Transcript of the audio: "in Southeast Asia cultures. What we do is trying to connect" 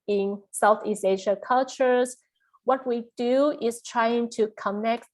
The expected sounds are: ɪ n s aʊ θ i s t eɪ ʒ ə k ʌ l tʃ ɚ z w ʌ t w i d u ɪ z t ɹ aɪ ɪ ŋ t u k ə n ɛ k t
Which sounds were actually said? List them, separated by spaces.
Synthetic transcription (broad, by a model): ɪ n s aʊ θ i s eɪ ʃ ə k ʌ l tʃ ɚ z w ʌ t w i d u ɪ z t ɹ aɪ ɪ ŋ t u k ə n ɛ k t